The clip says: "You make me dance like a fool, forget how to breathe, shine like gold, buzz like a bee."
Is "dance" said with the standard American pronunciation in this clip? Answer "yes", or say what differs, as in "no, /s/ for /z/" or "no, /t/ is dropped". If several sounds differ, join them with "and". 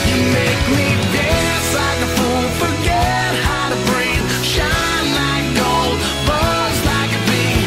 no, /n/ is dropped